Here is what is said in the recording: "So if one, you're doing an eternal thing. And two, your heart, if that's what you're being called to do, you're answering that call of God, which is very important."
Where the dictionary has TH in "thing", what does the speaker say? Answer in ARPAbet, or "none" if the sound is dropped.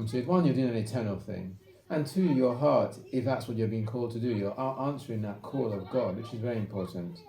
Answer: TH